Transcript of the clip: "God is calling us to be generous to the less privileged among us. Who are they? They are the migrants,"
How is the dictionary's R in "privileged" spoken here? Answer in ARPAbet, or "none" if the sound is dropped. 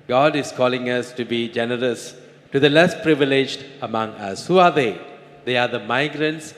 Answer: R